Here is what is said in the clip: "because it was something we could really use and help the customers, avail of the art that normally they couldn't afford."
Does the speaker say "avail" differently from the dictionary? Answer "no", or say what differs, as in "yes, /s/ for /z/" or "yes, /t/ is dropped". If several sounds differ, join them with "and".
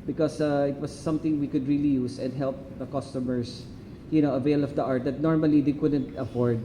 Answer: no